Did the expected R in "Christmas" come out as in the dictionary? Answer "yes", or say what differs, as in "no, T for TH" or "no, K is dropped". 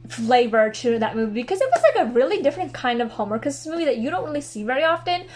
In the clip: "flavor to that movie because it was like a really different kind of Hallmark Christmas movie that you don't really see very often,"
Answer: no, R is dropped